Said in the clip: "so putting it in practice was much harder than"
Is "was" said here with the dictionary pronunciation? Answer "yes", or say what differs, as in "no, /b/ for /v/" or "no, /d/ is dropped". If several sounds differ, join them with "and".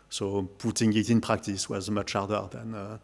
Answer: yes